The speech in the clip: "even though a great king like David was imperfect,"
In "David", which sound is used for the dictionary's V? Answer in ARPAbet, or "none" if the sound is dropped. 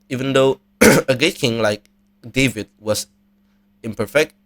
V